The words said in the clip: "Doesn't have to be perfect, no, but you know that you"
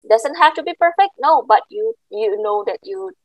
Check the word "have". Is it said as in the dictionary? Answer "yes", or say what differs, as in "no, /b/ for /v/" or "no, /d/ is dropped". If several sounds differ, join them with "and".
no, /f/ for /v/